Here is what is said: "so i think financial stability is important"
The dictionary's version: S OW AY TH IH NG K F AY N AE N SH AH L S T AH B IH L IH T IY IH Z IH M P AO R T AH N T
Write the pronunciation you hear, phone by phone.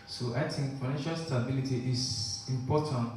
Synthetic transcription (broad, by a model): S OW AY T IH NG F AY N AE N SH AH L S T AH B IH L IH T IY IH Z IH M P AO T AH N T